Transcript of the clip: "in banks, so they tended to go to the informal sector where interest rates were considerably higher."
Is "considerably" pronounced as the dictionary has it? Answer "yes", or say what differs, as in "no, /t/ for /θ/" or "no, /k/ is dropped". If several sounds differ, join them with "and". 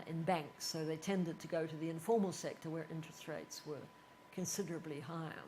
yes